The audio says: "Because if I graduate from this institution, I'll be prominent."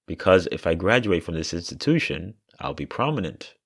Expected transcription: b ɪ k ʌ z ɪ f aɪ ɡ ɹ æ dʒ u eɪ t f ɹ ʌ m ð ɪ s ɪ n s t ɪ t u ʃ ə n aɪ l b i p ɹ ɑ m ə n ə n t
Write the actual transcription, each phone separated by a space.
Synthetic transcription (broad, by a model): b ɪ k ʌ z ɪ f aɪ ɡ ɹ æ dʒ u eɪ t f ɹ ʌ m ð ɪ s ɪ n s t ɪ t u ʃ ə n aɪ l b i p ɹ ɑ m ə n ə n t